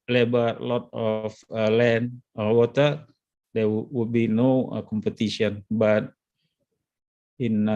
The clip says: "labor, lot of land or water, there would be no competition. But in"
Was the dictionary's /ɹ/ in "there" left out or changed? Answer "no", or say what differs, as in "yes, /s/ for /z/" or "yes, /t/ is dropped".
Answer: yes, /w/ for /ɹ/